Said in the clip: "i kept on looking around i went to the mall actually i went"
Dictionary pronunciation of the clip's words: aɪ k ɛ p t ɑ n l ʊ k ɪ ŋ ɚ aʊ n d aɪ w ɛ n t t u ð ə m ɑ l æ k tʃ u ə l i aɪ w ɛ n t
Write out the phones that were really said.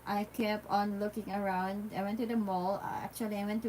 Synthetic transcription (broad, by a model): aɪ k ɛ p ɑ n l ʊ k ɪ ŋ ɚ aʊ n d aɪ w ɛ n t t u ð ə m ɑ l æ k tʃ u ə l i aɪ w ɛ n t